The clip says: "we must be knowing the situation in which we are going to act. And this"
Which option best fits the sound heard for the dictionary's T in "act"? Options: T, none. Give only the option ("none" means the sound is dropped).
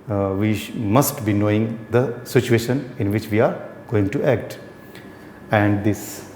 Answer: T